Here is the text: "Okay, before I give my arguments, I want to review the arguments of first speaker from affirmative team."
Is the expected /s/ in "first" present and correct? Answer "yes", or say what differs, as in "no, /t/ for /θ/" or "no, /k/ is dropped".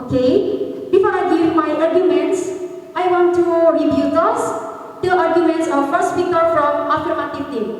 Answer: yes